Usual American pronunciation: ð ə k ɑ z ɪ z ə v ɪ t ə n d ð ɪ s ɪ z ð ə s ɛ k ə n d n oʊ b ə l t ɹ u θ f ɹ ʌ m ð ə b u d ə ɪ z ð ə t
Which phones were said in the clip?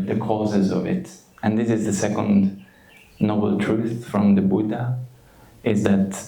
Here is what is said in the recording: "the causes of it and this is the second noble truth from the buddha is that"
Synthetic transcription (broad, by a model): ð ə k ɑ z ɪ z ə v ɪ t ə n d ð ɪ s ɪ z ð ə s ɛ k ə n d n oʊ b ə l t ɹ u θ f ɹ ʌ m ð ə b u d ə ɪ z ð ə t